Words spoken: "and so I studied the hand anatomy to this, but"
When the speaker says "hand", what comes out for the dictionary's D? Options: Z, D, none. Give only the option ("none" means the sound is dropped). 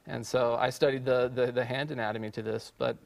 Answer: D